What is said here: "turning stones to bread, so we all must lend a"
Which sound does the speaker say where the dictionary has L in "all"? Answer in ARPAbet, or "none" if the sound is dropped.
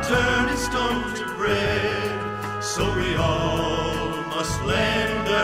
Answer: L